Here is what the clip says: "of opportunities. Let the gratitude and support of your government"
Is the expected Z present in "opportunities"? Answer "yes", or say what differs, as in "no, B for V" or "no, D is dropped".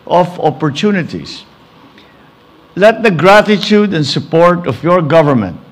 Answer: no, S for Z